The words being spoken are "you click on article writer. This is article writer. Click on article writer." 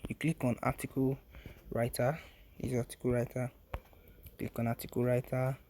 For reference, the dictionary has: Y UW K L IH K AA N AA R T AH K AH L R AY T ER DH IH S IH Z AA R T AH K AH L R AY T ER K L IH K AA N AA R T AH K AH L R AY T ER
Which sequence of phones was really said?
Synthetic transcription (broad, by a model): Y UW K L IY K AA N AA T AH K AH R AY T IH IH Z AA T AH K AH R AY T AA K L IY K AA N AA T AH K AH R AY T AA